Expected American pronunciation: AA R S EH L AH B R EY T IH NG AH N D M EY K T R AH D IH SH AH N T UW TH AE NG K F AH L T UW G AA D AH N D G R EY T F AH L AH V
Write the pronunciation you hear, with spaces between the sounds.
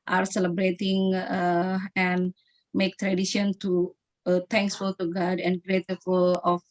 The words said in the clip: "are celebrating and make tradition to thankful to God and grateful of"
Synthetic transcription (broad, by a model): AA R S EH L AH B R EY T IH NG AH N M EY K T R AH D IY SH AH N T UW T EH NG K F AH L T UW G AA D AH N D G R EY T F AH L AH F